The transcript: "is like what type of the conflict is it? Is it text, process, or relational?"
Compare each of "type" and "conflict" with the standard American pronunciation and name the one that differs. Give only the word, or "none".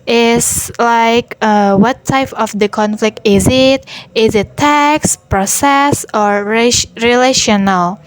none